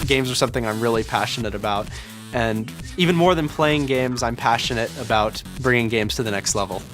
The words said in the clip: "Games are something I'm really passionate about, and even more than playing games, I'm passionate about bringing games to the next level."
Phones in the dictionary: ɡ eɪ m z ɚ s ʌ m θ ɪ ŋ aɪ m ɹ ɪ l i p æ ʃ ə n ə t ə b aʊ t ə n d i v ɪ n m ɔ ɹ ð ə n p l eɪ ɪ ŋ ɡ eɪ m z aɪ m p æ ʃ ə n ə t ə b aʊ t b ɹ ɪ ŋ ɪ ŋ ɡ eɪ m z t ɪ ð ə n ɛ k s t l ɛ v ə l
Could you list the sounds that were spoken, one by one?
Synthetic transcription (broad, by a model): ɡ eɪ m z ɚ s ʌ m θ ɪ ŋ aɪ m ɹ ɪ l i p æ ʃ ə n ə t ə b aʊ t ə n i v ɪ n m ɔ ɹ ð ə n p l eɪ ɪ ŋ ɡ eɪ m z aɪ m p æ ʃ ə n ə t ə b aʊ t b ɹ ɪ ŋ ɪ ŋ ɡ eɪ m z t ɪ ð ə n ɛ k s t l ɛ v l